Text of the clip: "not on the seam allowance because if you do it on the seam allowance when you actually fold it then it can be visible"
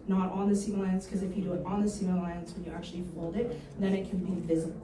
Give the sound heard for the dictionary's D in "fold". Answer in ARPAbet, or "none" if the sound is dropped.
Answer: D